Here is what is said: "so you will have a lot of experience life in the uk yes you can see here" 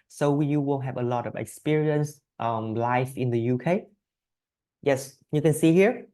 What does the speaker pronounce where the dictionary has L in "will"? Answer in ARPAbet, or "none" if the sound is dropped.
N